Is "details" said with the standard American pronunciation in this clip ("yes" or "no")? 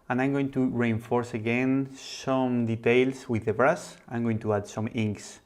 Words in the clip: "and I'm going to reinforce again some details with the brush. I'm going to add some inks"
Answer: no